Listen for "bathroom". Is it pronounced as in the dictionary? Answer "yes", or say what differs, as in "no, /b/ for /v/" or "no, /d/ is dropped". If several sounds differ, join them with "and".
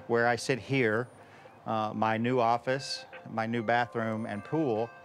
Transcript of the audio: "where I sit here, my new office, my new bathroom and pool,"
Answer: yes